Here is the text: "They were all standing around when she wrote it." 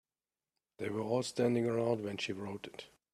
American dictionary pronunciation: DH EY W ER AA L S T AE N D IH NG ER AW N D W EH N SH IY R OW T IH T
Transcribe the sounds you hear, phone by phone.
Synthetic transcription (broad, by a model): DH EY W ER AA L S T AE N D IH NG ER AW N D W EH N SH IY R OW T IH T